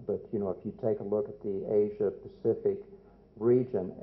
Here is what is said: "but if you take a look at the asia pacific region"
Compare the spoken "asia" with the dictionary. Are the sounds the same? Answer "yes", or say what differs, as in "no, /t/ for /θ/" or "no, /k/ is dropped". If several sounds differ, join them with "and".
yes